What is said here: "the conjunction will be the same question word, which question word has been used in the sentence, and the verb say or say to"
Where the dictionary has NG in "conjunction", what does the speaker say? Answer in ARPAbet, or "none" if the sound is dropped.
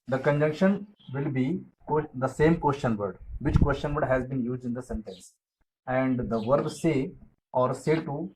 NG